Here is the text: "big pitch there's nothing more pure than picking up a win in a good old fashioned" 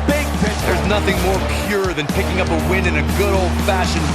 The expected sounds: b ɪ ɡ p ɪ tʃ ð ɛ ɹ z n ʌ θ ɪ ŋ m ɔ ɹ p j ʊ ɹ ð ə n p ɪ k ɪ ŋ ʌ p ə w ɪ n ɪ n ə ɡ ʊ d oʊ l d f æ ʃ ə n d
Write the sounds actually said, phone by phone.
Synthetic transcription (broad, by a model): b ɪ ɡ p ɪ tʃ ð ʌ ɹ z n ʌ θ ɪ ŋ m ɔ ɹ p j ʊ ɹ ð ə n p ɪ k ɪ ŋ ʌ p ə w ɪ n ɪ n ə ɡ ʊ d oʊ l d f æ ʃ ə n